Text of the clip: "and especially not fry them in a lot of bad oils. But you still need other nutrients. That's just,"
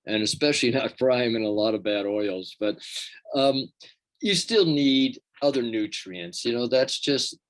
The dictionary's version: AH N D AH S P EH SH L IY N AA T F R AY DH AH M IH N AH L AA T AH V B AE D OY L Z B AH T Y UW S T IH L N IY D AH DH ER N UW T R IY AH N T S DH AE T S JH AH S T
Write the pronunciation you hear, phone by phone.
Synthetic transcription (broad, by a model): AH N AH S P EH SH L IY N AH T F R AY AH M IH N AH L AA T AH V B AE D OY L Z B AH T Y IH S T IH L N IY D AH DH ER N UW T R IY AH N T S DH AE T S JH AH S T